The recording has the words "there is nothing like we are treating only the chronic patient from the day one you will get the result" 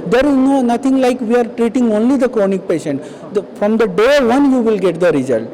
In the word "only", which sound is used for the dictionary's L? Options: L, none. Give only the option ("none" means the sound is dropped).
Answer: L